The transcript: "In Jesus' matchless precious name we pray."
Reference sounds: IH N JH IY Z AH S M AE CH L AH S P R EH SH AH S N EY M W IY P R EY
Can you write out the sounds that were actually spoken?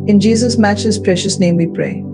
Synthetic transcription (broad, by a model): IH N JH IY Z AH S M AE CH AH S P R EH SH AH S N EY M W IY P R EY